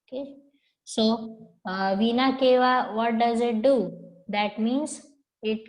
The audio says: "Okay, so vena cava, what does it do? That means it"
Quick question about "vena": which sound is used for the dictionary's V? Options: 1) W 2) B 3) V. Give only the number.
3